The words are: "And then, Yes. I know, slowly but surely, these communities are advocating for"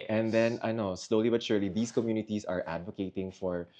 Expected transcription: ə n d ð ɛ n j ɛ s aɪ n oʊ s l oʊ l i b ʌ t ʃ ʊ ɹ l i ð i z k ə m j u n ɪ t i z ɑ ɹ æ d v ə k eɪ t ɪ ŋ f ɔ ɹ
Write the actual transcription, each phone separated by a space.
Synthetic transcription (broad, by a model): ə n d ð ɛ n aɪ n oʊ s l oʊ l i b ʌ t ʃ ʊ ɹ l i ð i s k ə m j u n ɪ t i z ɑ ɹ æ d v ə k eɪ t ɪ ŋ f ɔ ɹ